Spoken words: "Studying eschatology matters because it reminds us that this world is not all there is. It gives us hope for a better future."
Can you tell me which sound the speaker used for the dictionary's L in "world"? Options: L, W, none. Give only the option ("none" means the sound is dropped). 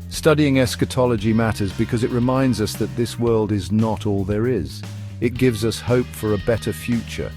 L